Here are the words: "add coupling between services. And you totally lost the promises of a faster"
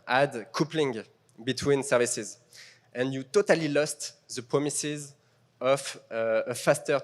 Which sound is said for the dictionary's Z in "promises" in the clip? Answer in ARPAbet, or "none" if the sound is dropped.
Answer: Z